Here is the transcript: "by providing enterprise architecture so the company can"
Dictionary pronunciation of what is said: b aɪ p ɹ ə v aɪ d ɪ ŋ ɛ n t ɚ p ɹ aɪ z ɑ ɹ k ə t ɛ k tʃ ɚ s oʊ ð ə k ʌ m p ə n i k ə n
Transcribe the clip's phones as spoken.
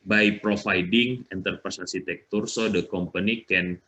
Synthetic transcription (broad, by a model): b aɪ p ɹ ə f aɪ d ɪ ŋ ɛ n t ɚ p ɹ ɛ s ɑ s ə t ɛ k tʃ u s oʊ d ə k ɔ m p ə n i k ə n